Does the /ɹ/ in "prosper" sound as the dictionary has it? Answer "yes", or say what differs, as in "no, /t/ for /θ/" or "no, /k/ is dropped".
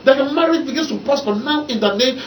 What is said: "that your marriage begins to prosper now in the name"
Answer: no, /ɹ/ is dropped